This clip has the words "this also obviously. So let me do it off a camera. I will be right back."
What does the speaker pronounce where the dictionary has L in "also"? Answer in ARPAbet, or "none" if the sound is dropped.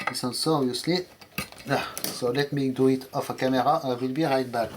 N